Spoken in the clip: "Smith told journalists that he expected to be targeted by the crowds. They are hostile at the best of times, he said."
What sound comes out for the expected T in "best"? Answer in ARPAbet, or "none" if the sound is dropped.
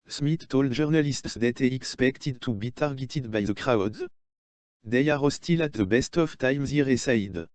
T